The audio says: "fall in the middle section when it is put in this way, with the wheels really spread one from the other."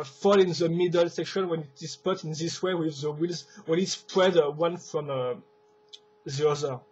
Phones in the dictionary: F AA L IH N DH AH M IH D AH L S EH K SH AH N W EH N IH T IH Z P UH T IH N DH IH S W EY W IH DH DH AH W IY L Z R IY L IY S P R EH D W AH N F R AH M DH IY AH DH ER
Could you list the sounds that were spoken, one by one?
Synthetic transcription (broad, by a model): F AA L IH N DH AH M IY D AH L S EH K SH AH N W EH N IH T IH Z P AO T IH N DH IH S W EY W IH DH DH AH W IY L Z W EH N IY S P R EH D W AH N F R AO M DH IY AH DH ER